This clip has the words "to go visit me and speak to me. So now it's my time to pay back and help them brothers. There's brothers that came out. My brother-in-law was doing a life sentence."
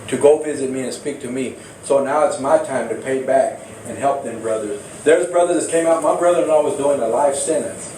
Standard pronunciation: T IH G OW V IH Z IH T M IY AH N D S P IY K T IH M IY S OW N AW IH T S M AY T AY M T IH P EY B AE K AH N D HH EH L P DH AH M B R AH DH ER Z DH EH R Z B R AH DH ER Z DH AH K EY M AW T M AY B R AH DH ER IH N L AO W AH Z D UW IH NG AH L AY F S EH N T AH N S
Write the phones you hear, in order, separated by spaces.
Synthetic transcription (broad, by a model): T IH G OW V IH Z IH T M IY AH N S P IY K T IH M IY S OW N AW IH T S M AY T AY M T IH P EY B AE K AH N HH EH L P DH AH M B R AH DH ER Z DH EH R Z B R AH DH ER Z K EY M AW T M AY B R AH DH ER IH N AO W AH Z D UW IH NG AH L AY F S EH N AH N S